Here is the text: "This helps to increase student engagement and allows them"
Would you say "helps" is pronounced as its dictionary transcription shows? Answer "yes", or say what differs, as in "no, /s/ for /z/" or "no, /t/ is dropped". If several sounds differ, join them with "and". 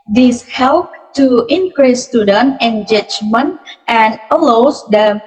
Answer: no, /s/ is dropped